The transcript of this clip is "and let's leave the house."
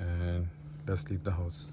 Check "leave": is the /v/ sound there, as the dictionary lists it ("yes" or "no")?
no